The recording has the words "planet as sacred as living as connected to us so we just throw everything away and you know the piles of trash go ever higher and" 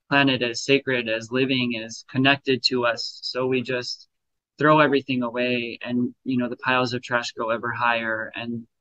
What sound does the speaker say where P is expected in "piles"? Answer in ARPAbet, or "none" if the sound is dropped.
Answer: P